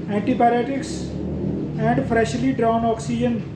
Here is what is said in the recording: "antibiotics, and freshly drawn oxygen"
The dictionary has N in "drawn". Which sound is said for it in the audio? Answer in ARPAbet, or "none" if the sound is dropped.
N